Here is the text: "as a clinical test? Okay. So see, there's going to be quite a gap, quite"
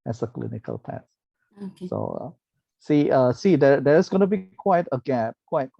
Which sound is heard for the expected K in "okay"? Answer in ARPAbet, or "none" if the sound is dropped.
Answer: none